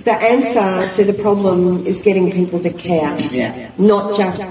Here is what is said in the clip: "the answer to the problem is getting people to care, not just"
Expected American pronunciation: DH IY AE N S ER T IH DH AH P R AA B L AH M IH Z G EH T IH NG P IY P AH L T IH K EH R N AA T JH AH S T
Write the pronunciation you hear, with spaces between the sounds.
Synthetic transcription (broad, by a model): DH IY AE N S ER T IH DH AH P R AA B L AH M IH Z G EH T IH NG P IY P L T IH K EH R N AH T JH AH S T